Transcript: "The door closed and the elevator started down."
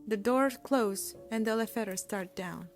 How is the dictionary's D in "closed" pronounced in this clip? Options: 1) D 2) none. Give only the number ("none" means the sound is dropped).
2